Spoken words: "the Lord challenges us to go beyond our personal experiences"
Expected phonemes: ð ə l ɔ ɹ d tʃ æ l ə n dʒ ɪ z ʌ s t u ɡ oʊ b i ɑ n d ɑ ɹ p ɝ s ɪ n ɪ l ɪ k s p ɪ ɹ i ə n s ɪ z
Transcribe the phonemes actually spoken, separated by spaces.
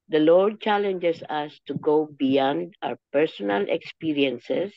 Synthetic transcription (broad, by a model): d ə l ɔ ɹ d tʃ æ l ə n dʒ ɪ s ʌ s t u ɡ oʊ b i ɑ n d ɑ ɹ p ɝ s ɪ n ɪ l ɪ k s p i ɹ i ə n s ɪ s